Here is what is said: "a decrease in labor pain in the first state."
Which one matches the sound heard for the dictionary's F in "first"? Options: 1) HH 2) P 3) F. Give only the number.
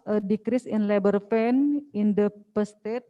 2